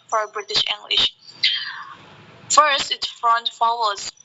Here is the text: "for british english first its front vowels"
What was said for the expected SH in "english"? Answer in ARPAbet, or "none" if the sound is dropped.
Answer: SH